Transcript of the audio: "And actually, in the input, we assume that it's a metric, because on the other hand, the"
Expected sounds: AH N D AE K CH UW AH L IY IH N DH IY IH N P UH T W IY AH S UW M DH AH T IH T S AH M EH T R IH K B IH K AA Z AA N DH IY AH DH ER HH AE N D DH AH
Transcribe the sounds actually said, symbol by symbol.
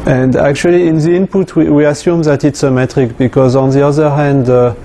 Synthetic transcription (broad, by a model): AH N D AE K CH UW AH L IY IH N DH IY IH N P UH T W IY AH S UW M DH AH T IH T S AH M EH T R IH K B IH K AA Z AA N DH IY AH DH ER HH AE N D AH